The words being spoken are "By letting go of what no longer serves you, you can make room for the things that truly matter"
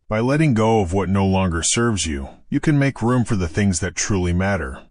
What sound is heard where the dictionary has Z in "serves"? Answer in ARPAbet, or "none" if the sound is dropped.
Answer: Z